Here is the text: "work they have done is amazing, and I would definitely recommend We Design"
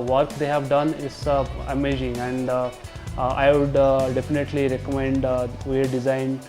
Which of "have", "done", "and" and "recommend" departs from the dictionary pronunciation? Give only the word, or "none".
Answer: none